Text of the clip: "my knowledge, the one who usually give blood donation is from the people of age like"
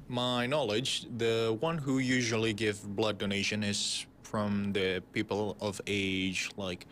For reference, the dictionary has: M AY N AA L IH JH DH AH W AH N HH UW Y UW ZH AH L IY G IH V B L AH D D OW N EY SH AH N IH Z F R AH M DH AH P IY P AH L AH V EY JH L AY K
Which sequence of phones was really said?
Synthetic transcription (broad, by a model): M AY N AA L IH JH DH AH W AH N HH UW Y UW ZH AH L IY G IH V B L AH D D OW N EY SH AH N IH Z F R AH M DH AH P IY P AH L AH V EY JH L AY K